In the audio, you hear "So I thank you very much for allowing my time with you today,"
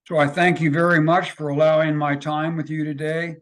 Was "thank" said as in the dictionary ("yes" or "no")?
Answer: yes